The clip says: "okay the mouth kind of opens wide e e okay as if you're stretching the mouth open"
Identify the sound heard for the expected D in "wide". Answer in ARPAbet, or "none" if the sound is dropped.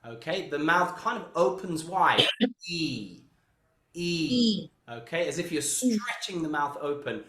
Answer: none